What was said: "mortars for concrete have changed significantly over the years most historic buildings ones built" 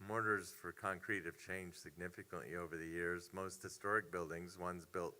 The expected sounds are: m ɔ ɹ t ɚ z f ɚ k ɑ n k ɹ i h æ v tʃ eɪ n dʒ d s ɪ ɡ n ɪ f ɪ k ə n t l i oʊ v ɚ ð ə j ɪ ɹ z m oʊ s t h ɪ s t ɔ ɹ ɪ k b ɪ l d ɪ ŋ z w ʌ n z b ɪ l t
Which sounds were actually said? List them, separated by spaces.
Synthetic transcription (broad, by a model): m ɔ ɹ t ɚ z f ɚ k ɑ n k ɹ i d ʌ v tʃ eɪ n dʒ s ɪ ɡ n ɪ f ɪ k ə n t l i oʊ v ɚ ð ə j ɪ ɹ z m oʊ s t h ɪ s t ɔ ɹ ɪ k b ɪ l d ɪ ŋ z w ʌ n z b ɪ l t